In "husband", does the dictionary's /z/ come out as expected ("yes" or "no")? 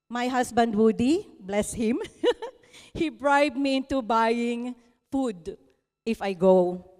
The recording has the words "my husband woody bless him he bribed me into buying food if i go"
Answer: no